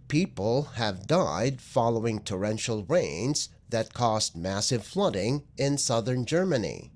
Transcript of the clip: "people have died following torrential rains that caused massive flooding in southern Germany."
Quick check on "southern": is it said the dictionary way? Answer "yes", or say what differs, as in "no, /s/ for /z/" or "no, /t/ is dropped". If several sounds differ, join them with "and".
yes